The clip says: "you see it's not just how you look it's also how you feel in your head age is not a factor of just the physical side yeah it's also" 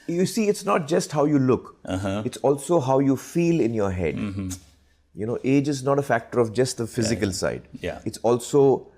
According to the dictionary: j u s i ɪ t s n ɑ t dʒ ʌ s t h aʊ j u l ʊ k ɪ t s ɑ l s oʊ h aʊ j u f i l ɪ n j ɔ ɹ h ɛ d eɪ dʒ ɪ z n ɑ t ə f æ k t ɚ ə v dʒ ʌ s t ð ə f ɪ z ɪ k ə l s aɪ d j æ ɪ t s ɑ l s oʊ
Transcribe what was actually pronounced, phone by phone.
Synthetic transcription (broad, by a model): j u s i ɪ t s n ɑ t dʒ ʌ s t h aʊ j u l ʊ k ɪ t s ɑ l s oʊ h aʊ j u f i l ɪ n j ɔ ɹ h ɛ d eɪ dʒ ɪ z n ɑ t ə f æ k t ɚ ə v dʒ ʌ s t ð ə f ɪ z ɪ k ə l s aɪ d j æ ɪ t s ɑ l s oʊ